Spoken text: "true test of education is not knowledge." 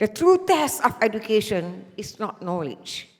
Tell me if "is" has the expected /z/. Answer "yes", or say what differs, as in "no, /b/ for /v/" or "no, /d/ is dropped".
no, /s/ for /z/